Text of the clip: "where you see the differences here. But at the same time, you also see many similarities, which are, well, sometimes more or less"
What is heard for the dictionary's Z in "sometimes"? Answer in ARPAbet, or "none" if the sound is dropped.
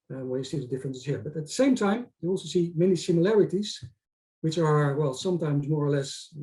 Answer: Z